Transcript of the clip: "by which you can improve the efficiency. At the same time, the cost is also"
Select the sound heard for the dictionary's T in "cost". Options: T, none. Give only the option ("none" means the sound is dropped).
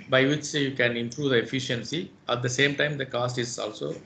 T